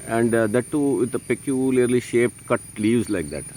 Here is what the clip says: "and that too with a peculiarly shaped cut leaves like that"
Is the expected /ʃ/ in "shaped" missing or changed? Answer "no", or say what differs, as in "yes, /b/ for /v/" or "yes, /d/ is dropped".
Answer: no